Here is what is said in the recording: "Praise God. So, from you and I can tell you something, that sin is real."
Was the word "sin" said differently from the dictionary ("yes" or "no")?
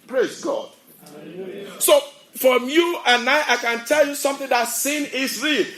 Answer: no